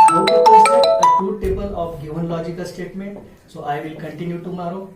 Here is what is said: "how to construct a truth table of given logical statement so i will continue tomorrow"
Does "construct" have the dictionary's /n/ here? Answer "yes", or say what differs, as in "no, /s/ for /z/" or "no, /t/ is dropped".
no, /n/ is dropped